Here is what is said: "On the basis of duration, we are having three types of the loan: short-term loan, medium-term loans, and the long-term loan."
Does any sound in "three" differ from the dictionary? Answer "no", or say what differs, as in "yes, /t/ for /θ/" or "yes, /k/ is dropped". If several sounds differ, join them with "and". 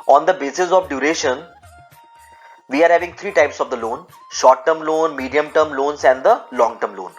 yes, /t/ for /θ/